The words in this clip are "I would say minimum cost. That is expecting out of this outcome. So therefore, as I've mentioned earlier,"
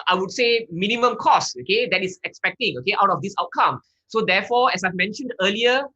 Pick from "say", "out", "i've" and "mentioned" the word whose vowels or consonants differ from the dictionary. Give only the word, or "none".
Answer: none